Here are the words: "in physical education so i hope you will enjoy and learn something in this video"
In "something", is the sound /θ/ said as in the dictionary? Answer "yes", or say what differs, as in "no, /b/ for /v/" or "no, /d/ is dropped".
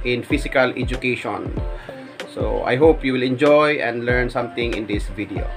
no, /t/ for /θ/